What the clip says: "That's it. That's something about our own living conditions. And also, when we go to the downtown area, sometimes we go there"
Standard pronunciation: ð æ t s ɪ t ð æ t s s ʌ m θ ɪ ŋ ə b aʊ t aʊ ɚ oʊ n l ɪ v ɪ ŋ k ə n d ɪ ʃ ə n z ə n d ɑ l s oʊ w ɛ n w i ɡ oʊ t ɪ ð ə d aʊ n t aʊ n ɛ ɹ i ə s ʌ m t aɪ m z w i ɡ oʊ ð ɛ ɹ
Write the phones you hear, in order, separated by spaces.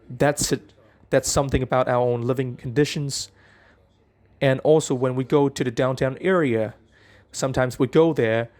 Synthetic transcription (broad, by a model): ð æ t s ɪ t ð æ t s s ʌ m θ ɪ ŋ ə b aʊ t aʊ ɚ oʊ n l ɪ v ɪ ŋ k n d ɪ ʃ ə n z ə n ɑ l s oʊ w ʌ n w i ɡ oʊ t ɪ ð ə d aʊ n t aʊ n ɛ ɹ i ə s ʌ m t aɪ m z w i ɡ oʊ ð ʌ ɹ